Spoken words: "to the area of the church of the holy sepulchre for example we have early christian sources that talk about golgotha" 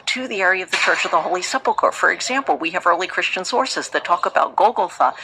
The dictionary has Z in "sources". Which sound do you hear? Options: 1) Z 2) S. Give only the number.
1